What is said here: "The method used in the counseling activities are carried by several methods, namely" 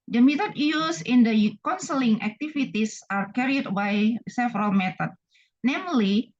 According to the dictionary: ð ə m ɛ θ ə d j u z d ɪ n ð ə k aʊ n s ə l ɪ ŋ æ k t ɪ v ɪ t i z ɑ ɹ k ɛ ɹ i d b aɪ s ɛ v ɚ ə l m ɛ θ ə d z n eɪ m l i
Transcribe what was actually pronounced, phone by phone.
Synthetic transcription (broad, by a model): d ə m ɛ t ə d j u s ɪ n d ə k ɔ n s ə l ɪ ŋ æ k t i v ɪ t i s ɑ ɹ k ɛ ɹ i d b aɪ s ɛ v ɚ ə l m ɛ t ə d n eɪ m l i